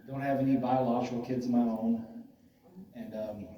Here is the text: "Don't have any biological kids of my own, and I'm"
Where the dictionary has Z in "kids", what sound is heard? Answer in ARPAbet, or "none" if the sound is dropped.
Z